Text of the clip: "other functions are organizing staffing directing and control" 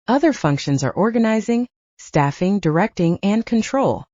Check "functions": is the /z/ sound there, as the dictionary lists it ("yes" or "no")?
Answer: yes